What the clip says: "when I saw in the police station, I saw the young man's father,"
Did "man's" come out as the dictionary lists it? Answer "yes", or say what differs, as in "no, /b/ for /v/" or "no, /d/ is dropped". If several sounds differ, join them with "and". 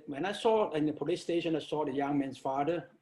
no, /s/ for /z/